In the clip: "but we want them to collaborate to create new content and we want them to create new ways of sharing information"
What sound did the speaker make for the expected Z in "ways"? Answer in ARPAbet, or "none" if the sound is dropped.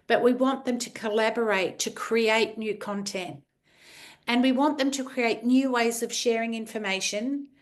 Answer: Z